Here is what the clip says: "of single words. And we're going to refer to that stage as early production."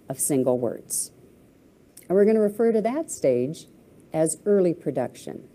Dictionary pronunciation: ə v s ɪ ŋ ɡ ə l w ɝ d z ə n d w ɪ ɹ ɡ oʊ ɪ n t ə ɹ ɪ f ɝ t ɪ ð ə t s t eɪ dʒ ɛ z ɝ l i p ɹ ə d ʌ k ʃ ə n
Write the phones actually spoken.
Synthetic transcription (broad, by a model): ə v s ɪ ŋ ɡ l w ɝ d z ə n w ɪ ɹ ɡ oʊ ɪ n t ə ɹ ɪ f ɝ t ɪ ð ə t s t eɪ dʒ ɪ z ɝ l i p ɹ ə d ʌ k ʃ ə n